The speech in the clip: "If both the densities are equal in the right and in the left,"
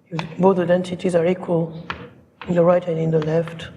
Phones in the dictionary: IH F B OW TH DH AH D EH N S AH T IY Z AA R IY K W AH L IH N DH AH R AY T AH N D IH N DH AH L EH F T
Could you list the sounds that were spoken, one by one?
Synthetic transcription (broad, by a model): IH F B OW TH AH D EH N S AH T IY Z AA R IY K W AH L IH N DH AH R AY T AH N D IH N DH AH L EH F T